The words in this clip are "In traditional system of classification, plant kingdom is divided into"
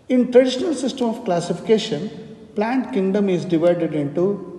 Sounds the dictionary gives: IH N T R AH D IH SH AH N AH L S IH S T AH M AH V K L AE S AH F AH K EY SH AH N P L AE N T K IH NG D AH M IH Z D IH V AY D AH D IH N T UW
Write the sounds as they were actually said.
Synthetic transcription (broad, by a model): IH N T R AH D IH SH AH N AH L S IH S T AH M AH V K L AE S AH F AH K EY SH AH N P L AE N T K IH NG D AH M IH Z D IH V AY D AH D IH N T UW